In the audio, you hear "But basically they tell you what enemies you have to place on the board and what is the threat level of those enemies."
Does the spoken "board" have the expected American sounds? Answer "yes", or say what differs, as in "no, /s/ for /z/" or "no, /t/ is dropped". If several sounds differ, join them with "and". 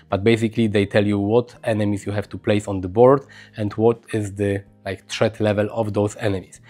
yes